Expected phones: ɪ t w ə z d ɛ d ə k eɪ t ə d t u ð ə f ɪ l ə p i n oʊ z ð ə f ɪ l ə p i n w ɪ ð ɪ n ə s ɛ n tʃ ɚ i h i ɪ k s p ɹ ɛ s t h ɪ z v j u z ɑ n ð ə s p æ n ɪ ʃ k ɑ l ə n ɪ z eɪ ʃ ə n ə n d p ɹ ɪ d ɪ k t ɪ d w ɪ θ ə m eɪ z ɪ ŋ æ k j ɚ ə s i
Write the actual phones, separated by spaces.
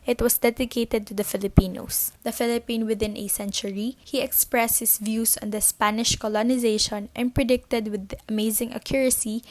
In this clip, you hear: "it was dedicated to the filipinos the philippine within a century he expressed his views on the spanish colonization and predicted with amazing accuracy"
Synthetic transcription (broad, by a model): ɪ t w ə s d ɛ d ə k eɪ t ə d t u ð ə f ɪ l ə p i n oʊ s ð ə f ɪ l ə p i n w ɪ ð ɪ n ə s ɛ n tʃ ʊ i h i ɪ k s p ɹ ɛ s t h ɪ s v j u s ɑ n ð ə s p æ n ɪ ʃ k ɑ l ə n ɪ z eɪ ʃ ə n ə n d p ɹ ɪ d ɪ k t ɪ d w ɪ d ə m eɪ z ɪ ŋ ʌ k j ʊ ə s i